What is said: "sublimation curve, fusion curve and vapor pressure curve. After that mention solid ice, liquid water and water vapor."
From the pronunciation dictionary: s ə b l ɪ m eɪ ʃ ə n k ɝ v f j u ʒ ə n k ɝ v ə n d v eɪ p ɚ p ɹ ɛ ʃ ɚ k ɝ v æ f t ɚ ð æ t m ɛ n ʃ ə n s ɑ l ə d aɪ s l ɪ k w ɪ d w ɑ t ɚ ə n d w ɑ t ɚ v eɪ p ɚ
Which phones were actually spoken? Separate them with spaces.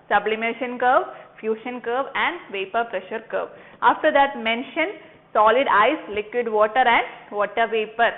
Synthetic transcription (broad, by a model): s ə b l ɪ m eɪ ʃ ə n k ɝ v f j u ʃ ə n k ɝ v ə n d v eɪ p ɚ p ɹ ɛ ʃ ɚ k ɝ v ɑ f t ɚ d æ t m ɛ n ʃ ə n s ɑ l ə d aɪ s l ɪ k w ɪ d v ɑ t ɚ ə n d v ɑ t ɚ v eɪ p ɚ